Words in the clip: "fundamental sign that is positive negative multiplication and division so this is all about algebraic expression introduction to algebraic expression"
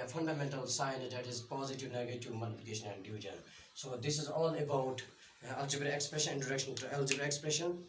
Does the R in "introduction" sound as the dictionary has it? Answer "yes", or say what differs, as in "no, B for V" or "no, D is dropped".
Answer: no, R is dropped